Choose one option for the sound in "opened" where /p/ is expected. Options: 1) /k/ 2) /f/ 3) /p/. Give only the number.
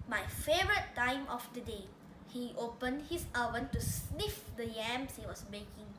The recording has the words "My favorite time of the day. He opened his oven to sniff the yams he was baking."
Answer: 3